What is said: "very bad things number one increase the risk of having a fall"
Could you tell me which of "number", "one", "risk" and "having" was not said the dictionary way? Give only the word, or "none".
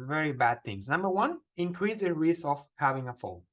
risk